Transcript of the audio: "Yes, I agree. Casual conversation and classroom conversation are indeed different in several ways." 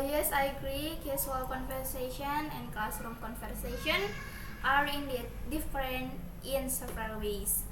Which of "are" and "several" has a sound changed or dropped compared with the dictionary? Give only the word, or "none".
several